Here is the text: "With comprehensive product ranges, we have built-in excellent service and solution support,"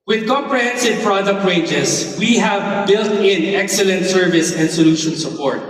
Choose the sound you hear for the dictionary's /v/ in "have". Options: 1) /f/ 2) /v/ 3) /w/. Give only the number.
2